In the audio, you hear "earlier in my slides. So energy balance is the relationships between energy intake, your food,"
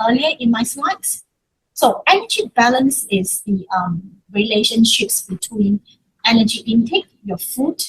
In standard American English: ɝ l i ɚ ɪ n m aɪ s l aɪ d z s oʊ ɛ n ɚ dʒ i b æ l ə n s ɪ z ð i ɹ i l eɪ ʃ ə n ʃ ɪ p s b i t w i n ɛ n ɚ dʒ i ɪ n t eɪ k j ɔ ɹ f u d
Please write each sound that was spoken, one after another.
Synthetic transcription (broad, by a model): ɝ l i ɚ ɪ n m aɪ s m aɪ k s s oʊ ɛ n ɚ dʒ i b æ l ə n s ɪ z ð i ɹ i l eɪ ʃ ə n ʃ ɪ p s b i t w i n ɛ n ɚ dʒ i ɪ n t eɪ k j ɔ f u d